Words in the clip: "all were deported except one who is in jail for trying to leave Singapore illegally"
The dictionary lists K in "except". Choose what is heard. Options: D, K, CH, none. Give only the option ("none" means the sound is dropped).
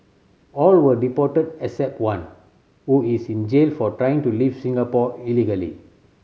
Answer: none